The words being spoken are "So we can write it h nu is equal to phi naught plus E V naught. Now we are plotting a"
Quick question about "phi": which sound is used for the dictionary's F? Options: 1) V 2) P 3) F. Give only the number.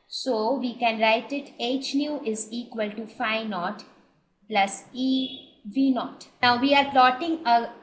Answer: 3